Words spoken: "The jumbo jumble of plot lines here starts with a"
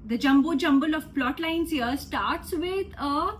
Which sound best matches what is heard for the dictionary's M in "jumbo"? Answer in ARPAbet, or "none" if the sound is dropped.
M